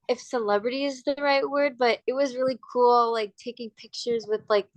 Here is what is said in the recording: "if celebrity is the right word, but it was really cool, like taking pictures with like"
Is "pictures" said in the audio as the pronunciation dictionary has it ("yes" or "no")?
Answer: yes